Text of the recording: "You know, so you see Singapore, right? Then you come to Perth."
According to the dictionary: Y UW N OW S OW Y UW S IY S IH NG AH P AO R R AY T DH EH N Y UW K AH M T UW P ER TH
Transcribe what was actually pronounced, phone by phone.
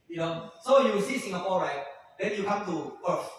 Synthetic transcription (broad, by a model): Y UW N OW S OW Y UW S IY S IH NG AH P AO L R AY T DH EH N Y UW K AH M T UW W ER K